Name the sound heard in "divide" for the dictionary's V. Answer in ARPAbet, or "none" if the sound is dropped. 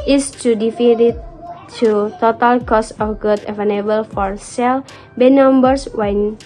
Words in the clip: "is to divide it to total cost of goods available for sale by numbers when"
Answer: F